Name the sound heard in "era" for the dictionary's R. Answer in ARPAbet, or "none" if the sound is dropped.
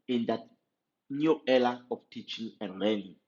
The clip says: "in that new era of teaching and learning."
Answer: L